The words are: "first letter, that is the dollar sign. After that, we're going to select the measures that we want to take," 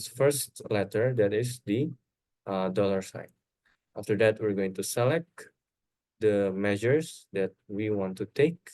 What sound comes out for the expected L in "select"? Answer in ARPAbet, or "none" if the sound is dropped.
L